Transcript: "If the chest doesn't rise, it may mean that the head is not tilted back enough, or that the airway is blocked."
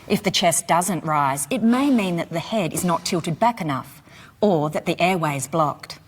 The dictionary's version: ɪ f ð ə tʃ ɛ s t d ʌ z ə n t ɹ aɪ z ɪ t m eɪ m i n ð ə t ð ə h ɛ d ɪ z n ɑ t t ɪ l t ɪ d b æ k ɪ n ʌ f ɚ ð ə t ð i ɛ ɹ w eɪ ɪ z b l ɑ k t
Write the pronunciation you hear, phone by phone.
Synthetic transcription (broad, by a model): ɪ f ð ə tʃ ɛ s d ʌ z ə n t ɹ aɪ z ɪ t m eɪ m i n ð ə t ð ə h ɛ d ɪ z n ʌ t t ɪ l t ɪ d b æ k ɪ n ʌ f ɚ ð ə t ð i ɛ ɹ w eɪ ɪ z b l ɑ k t